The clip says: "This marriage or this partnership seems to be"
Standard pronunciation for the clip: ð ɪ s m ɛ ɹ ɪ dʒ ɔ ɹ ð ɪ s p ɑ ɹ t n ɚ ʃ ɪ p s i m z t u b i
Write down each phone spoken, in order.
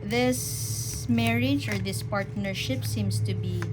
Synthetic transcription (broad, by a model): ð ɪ s m ɛ ɹ ɪ dʒ ɔ ɹ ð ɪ s p ɑ ɹ t n ɚ ʃ ɪ p s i m s t u b i